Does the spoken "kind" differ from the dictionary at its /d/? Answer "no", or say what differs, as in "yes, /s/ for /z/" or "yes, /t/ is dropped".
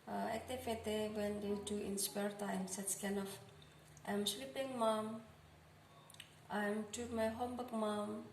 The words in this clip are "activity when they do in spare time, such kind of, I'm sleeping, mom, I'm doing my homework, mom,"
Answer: yes, /d/ is dropped